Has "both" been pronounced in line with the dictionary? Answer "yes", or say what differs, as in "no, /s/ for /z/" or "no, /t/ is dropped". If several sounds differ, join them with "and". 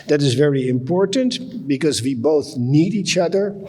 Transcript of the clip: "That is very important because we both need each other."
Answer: yes